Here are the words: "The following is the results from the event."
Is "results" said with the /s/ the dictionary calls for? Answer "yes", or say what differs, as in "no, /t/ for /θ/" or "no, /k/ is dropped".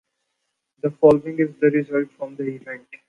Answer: no, /s/ is dropped